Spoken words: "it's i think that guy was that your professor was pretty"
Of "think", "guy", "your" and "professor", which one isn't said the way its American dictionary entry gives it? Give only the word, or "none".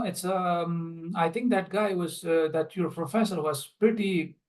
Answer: think